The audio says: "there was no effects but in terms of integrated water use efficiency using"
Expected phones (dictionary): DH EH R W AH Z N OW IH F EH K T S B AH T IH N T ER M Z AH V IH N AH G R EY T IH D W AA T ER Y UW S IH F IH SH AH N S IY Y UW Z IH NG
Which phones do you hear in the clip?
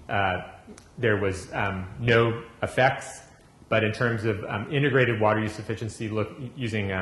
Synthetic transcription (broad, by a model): DH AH R W AH Z N OW IH F EH K T S B AH T IH N T ER M Z AH V IH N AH G R EY T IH D W AA T ER Y UW S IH F IH SH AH N S IY Y UW Z IH NG